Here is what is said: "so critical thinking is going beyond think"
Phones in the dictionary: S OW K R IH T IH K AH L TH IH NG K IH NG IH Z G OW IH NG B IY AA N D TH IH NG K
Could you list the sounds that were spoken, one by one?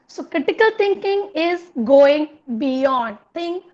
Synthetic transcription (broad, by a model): S OW K R IH T IH K AH L T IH NG K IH NG IH Z G OW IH NG B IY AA N D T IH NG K